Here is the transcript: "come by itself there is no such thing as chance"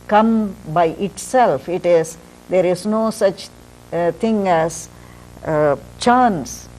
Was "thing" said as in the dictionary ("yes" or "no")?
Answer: no